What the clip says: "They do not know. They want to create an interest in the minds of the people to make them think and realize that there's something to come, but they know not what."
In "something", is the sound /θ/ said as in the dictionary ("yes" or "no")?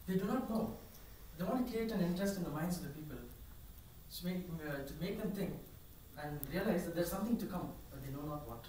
no